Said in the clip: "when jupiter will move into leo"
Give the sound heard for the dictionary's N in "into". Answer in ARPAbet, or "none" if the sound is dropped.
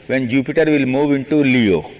N